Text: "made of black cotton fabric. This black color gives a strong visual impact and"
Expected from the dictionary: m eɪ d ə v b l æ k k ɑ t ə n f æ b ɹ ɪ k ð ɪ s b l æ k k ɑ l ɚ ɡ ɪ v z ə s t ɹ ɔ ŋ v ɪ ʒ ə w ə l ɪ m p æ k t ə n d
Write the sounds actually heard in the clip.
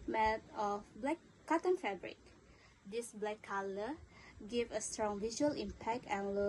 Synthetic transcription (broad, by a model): m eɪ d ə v b l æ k k ɑ t ə n f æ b ɹ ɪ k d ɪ s b l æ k k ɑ l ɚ ɡ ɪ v ə s t ɹ ɔ ŋ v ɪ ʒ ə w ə l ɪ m p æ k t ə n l